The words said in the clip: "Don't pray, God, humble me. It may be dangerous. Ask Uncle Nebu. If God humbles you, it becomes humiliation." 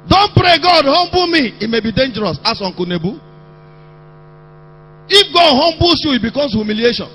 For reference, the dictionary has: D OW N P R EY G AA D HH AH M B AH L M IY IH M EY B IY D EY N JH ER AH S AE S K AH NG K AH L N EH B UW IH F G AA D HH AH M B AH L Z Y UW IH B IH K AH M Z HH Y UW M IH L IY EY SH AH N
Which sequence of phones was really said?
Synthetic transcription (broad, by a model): D OW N P R EY G AA D HH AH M B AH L M IY IH M EY B IY D EY N JH ER AH S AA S AO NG K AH N EH B UW IH F G AA D HH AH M B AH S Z Y UW IH B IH K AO M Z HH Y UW M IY L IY EY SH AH N